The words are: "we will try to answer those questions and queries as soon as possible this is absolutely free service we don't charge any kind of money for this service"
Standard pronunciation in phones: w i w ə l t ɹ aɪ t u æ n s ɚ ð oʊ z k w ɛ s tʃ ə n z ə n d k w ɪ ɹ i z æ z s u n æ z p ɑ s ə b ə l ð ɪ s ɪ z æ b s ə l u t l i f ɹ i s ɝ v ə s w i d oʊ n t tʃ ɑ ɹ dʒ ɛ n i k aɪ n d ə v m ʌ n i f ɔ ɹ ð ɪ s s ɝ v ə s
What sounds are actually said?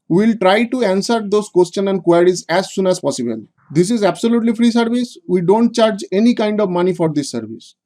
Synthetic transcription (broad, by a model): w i l t ɹ aɪ t u æ n s ɚ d oʊ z k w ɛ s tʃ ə n ə n d k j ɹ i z æ z s u n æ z p ɑ s ə b ə l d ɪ s ɪ z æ b s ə l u t l i f ɹ i s ɝ v ə s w i d oʊ n t tʃ ɑ ɹ dʒ ɛ n i k aɪ n d ə v m ʌ n i f ɔ ɹ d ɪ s s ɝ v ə s